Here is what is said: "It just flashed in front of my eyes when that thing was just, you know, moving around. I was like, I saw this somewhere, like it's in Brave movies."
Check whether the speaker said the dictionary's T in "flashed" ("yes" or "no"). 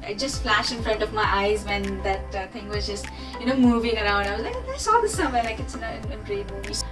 no